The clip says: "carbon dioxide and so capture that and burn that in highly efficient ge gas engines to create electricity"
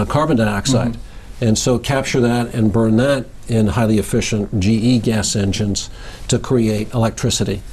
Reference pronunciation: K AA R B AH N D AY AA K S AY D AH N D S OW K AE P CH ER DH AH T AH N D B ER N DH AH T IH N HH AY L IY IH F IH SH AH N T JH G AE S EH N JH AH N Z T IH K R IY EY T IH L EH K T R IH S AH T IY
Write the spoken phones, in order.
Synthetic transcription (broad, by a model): K AA R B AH N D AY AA K S AY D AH N S OW K AE P CH ER DH AH T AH N B ER N DH AH T IH N HH AY L IY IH F IH SH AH N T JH G AE S EH N JH AH N Z T IH K R IY EY T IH L EH K T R IH S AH T IY